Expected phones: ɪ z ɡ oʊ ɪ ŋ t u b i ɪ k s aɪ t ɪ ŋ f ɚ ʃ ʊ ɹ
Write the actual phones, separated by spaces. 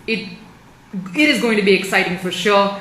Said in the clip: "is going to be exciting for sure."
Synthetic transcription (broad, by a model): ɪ z ɡ oʊ ɪ ŋ t u b i ɪ k s aɪ t ɪ ŋ f ɚ ʃ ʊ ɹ